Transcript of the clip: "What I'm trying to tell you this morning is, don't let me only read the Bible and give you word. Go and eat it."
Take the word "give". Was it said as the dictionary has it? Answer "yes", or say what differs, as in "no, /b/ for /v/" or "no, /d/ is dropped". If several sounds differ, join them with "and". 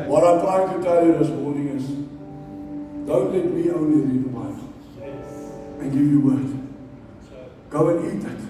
yes